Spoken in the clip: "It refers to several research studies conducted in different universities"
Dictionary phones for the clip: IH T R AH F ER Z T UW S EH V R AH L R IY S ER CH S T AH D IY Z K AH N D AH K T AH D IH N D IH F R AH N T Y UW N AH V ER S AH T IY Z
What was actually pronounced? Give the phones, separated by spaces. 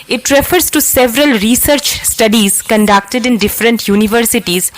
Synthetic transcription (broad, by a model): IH T R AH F ER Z T UW S EH V R AH L R IY S ER CH S T AH D IY Z K AH N D AH K T AH D IH N D IH F R AH N T Y UW N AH V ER S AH T IY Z